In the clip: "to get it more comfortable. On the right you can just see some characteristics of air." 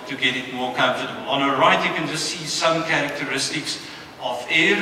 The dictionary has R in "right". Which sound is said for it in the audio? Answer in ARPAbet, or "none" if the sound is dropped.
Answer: R